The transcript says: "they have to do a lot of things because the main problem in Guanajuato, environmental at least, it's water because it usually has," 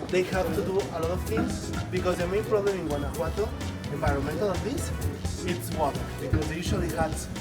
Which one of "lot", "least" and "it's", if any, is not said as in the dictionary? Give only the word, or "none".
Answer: least